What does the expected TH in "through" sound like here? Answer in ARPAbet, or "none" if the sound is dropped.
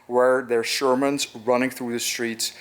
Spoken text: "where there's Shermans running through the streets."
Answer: TH